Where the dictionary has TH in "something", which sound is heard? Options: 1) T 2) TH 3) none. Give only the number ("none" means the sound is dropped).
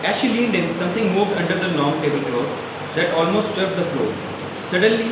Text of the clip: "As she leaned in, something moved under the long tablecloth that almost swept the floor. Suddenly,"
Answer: 1